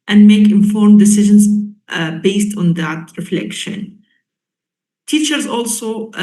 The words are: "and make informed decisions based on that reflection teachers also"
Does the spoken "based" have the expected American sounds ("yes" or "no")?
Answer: yes